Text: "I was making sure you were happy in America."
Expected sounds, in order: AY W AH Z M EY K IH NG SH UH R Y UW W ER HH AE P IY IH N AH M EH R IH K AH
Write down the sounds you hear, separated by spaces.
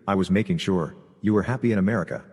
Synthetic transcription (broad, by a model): AY W AH Z M EY K IH NG SH UH R Y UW W ER HH AE P IY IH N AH M EH R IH K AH